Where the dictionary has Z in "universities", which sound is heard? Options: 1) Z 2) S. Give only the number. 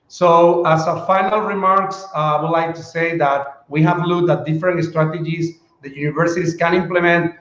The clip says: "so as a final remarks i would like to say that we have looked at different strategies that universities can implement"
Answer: 2